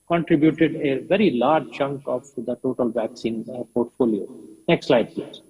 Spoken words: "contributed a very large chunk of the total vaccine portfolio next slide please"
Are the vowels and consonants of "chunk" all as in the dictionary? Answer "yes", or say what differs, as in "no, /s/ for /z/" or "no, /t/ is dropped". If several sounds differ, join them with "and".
yes